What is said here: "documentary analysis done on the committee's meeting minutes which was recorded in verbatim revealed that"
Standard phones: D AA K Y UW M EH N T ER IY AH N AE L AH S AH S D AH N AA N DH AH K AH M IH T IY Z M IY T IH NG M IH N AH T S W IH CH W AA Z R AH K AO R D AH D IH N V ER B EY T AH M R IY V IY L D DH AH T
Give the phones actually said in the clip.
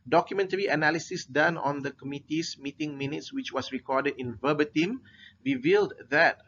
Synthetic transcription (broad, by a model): D AA K Y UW M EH N T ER IY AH N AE L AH S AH S D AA N AA N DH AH K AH M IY T IY S M IY T IH NG M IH N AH T S W IH CH W AA S R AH K AO D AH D IH N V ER B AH T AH M R IY V IY L D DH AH T